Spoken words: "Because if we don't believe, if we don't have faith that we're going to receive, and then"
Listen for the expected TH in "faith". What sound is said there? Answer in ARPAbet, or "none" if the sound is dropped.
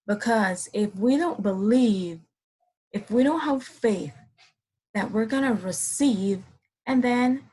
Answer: TH